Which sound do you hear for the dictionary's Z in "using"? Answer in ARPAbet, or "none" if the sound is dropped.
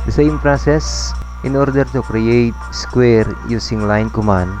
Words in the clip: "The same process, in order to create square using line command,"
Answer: S